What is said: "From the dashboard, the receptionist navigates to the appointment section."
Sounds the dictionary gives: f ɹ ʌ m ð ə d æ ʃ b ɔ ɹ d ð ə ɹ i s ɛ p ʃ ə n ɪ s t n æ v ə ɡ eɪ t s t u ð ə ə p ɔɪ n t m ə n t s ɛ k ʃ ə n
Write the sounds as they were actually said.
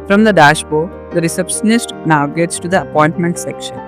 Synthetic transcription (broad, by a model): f ɹ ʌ m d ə d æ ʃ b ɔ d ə ɹ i s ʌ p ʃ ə n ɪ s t n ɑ ə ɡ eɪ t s t u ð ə ə p ɔɪ n t m ə n t s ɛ k ʃ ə n